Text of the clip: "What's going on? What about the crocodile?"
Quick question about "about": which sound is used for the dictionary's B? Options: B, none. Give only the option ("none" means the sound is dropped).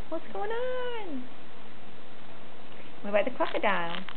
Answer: none